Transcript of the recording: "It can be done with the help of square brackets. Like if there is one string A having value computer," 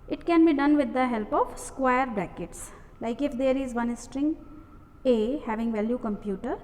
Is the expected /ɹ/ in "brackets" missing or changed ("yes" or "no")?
yes